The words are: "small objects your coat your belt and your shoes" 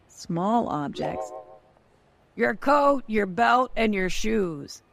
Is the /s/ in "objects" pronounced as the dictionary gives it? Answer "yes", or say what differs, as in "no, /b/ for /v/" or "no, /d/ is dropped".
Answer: yes